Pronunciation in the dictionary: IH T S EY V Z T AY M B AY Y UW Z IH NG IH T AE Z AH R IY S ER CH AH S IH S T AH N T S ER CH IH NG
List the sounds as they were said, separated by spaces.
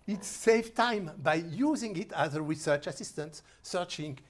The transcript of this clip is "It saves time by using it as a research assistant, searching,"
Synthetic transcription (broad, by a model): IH T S EY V T AY M B AY Y UW Z IH NG IH T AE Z AH R IY S ER CH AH S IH S T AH N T S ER CH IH NG